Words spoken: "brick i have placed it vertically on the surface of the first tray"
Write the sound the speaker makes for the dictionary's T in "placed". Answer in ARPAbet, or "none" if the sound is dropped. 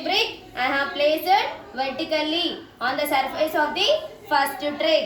none